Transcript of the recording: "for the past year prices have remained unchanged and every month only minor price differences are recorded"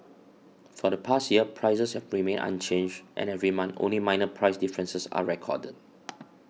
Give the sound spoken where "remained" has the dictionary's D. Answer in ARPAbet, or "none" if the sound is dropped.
none